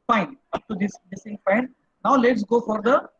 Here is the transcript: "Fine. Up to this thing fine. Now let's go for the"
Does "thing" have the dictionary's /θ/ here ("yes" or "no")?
no